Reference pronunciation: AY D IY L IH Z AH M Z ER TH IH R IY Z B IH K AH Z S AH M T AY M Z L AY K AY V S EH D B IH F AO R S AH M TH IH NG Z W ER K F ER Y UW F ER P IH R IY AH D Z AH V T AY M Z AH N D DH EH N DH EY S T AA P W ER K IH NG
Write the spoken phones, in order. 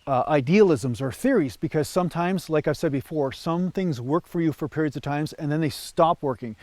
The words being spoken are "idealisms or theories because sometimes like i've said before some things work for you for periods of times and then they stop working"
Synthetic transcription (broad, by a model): AY D IY L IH Z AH M Z ER TH IH R IY Z B IH K AH Z S AH M T AY M Z L AY K AY V S EH D B IH F AO R S AH M TH IH NG Z W ER K F ER Y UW F ER P IH R IY AH D Z AH V T AY M Z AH N DH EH N DH EY S T AA P W ER K IH NG